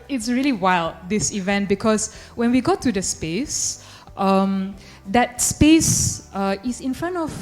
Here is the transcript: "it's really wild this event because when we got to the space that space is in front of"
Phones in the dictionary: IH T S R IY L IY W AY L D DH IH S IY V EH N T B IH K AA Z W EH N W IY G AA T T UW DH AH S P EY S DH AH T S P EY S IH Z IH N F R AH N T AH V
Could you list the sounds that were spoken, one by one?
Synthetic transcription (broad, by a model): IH T S R IY L IY W AY L D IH S IY V EH N T B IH K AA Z W EH N W IY G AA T T UW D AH S P EY S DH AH T S P EY S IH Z IH N F R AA N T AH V